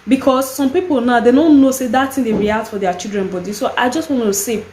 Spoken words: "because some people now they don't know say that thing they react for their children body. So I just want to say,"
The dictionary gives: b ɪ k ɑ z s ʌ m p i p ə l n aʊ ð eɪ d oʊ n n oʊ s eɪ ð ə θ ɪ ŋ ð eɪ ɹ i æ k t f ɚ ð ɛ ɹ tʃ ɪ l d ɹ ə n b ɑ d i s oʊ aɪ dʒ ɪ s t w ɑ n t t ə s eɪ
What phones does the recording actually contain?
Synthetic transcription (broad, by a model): b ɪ k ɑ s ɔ m p i p ə l n aʊ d eɪ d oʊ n n oʊ s eɪ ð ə t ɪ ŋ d eɪ ɹ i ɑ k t f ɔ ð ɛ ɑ tʃ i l d ɹ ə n b ɑ d i s oʊ aɪ dʒ ɪ s t w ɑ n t t ə s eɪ